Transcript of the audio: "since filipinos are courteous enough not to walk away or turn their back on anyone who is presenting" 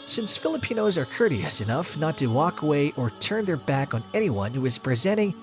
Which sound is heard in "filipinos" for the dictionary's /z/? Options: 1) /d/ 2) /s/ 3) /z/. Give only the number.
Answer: 3